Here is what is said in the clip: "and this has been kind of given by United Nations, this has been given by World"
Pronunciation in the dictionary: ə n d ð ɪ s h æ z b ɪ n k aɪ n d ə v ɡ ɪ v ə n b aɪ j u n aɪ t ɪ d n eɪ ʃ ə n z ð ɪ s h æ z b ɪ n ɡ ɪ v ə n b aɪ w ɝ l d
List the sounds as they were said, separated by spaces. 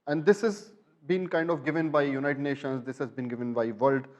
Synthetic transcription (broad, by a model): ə n d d ɪ s h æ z b ɪ n k aɪ n d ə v ɡ ɪ v ə n b aɪ j u n aɪ t ɪ d n eɪ ʃ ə n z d ɪ s h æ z b ɪ n ɡ ɪ v ə n b aɪ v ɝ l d